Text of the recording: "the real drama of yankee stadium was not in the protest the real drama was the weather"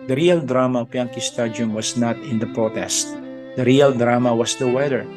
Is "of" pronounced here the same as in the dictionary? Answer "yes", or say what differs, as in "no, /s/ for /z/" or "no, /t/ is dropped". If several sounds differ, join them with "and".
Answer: no, /p/ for /v/